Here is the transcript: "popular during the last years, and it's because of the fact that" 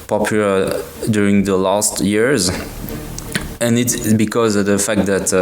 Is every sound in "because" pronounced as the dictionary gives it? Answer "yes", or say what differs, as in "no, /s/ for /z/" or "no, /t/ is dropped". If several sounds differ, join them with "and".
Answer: yes